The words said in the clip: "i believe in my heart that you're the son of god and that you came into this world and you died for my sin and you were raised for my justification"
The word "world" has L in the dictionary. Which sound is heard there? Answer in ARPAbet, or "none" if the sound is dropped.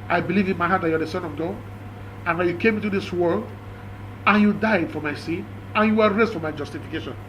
L